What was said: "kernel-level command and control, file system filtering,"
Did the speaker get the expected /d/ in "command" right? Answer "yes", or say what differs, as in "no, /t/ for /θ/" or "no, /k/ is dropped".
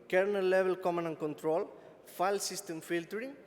no, /d/ is dropped